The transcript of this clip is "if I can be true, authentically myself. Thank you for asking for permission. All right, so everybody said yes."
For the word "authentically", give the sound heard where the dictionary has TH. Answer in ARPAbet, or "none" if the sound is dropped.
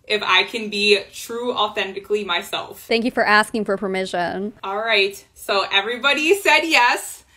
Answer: TH